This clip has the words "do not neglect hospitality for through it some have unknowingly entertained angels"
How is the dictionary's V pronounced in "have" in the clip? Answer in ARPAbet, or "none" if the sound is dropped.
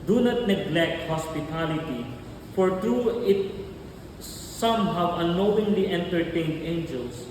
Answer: W